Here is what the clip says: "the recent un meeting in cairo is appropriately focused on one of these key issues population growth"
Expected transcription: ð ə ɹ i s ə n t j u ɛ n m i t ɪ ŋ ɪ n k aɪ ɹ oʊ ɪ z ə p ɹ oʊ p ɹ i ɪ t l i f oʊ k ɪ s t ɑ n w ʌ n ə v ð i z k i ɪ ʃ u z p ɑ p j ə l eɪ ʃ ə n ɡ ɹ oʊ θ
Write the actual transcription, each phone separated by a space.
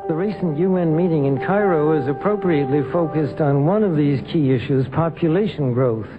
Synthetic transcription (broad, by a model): ð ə ɹ i s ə n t j u ɛ n m i t ɪ ŋ ɪ n k aɪ ɹ oʊ ɪ z ə p ɹ oʊ p ɹ i ɪ t l i f oʊ k ɪ s t n w ʌ n ə v ð i z k i ɪ ʃ u z p ɑ p j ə l eɪ ʃ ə n ɡ ɹ oʊ θ